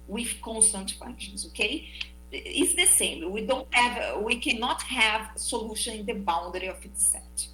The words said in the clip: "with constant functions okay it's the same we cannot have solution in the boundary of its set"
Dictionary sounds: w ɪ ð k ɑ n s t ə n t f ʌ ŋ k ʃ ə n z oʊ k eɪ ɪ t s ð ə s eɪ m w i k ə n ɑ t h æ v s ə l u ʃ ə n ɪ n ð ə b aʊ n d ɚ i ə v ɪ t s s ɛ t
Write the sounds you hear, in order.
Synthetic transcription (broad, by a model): w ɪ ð k ɑ n s t ə n t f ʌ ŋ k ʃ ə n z oʊ k eɪ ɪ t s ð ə s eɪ m w i k ə n ɑ t h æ v s ə l u ʃ ə n ɪ n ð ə b aʊ n d ɚ i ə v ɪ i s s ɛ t